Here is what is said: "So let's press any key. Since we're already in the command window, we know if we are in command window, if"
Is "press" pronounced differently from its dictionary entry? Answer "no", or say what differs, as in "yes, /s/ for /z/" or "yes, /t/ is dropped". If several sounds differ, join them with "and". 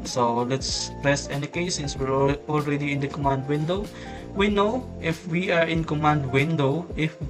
no